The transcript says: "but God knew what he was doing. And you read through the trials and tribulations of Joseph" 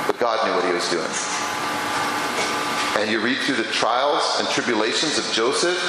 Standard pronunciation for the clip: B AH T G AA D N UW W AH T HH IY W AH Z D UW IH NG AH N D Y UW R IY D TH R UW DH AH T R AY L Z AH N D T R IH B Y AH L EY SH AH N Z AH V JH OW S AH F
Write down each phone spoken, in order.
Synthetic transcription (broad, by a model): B AH T G AA D N UW W AH T HH IY W AH Z D UW IH NG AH N Y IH R IY D TH R UW DH AH T R AY L Z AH N T R IH B Y AH L EY SH AH N Z AH V JH OW S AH F